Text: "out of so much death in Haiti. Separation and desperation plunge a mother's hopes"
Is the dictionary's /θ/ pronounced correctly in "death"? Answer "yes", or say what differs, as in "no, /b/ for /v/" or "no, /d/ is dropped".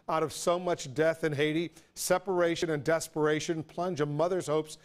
yes